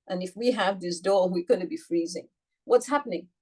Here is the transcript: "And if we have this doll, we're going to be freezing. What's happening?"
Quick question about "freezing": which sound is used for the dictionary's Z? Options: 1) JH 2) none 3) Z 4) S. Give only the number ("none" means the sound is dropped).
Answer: 3